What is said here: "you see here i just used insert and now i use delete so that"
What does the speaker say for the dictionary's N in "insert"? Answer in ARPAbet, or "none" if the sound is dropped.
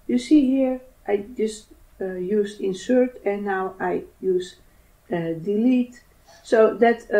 N